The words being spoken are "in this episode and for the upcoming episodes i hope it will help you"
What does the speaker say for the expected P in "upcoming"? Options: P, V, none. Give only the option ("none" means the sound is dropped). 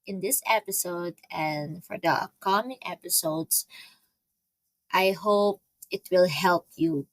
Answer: none